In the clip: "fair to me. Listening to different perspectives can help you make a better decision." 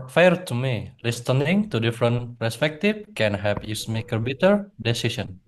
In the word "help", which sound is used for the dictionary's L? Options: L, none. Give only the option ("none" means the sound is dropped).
none